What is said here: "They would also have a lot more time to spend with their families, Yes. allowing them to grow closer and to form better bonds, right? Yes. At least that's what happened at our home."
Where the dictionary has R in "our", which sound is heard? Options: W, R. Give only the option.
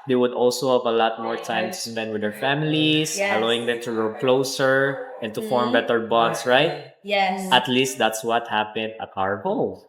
R